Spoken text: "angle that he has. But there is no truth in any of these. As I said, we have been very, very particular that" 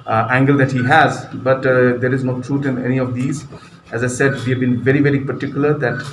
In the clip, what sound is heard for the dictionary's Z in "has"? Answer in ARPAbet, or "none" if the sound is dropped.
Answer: Z